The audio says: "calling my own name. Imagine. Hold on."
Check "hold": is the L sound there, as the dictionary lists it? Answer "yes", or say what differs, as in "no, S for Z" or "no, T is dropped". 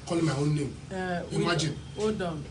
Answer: no, L is dropped